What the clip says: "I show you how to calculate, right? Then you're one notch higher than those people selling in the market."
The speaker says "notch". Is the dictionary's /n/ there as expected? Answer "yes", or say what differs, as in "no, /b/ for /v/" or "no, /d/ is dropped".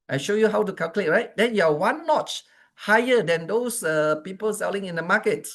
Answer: no, /l/ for /n/